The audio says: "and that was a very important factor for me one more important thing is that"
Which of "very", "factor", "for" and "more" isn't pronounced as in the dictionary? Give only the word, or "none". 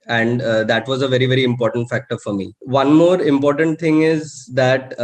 none